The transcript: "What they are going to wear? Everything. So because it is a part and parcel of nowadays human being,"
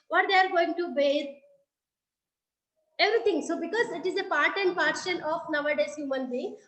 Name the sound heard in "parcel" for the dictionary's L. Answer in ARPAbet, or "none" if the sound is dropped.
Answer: N